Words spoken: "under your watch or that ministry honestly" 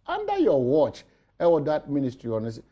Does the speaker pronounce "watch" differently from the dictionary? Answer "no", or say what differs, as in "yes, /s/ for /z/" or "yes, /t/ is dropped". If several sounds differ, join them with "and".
no